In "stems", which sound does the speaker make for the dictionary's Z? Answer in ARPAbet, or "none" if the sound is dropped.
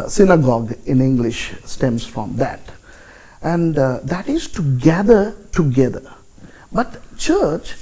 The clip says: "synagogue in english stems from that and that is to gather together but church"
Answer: S